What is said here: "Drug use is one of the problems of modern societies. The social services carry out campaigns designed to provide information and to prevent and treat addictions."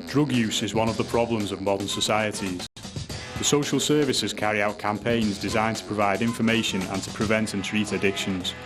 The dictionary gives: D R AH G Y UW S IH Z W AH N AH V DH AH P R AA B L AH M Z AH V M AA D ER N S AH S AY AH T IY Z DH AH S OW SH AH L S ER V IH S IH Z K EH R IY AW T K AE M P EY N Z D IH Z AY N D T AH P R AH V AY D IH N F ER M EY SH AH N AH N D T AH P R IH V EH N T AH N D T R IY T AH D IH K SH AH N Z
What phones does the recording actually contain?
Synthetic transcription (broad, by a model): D R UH G Y UW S IH Z W AH N AH V DH AH P R AA B L AH M Z AH V M AA D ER N S AH S AY AH T IY Z DH AH S OW SH AH L S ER V IH S IH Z K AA R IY AW T K AE M P EY N Z D IH Z AY N T AH P R AH V AY D IH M F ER M EY SH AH N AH N T AH P R IH V EH N T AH N T R IY T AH D IH K SH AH N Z